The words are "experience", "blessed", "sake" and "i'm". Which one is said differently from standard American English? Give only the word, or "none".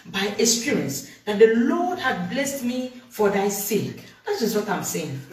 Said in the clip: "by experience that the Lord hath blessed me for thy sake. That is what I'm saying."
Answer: experience